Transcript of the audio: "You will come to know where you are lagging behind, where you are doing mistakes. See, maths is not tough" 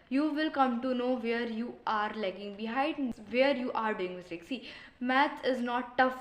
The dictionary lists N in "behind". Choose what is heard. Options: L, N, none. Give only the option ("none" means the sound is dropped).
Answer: none